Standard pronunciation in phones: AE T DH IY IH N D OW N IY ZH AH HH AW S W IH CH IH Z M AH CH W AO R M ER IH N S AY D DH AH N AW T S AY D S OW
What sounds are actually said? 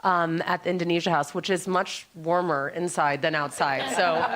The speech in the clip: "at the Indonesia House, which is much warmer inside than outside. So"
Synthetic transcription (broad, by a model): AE T DH IY IH N D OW N IY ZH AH HH AW S W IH CH IH Z M AH CH W AO R M ER IH N S AY D DH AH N AW T S AY D S OW